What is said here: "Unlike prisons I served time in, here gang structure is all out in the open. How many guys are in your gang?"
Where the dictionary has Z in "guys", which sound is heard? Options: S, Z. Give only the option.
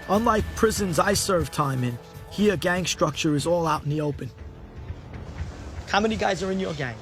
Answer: Z